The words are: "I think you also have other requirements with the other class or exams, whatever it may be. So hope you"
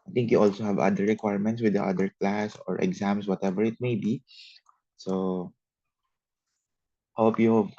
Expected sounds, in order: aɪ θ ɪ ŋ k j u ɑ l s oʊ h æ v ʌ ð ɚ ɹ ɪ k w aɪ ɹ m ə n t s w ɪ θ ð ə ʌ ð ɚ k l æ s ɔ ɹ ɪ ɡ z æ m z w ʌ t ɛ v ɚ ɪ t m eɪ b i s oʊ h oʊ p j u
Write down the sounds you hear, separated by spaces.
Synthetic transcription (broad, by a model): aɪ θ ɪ ŋ k j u ɑ l s oʊ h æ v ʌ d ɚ ɹ ɪ k w aɪ ɹ m ə n t s w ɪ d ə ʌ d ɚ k l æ s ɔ ɹ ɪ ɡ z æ m s w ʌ t ɛ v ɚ ɪ t m eɪ b i s oʊ h oʊ p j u